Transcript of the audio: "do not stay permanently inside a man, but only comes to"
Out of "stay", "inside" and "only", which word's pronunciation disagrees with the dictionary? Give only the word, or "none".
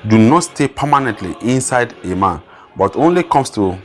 none